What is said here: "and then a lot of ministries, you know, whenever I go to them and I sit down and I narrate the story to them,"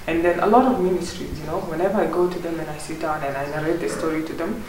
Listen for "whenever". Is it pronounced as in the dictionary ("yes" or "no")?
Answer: yes